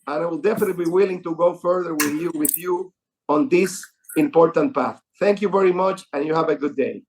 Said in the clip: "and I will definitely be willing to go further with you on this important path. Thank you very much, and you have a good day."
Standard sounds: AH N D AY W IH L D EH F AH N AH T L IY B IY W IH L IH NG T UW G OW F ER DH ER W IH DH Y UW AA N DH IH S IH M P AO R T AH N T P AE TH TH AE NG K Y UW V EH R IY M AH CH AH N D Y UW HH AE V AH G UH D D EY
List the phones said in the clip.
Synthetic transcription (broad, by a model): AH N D AY W IH L D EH F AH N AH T B IY W IH L IH NG T UW G OW F ER DH ER W IH DH Y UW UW N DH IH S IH M P AO R T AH N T P AE TH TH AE NG K Y UW V EH R IY M AH CH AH N Y UW HH AE V AH G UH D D EY